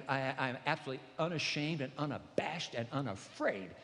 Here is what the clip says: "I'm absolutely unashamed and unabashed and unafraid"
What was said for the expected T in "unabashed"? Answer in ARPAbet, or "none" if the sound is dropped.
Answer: T